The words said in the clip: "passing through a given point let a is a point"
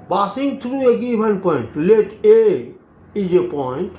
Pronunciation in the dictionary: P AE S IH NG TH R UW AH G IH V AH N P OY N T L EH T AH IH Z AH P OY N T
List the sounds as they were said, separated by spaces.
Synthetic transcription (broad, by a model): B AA S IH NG T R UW AH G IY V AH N P OY N T L EH T AH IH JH AH P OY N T